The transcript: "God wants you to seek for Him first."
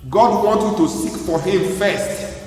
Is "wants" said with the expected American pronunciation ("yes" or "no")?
no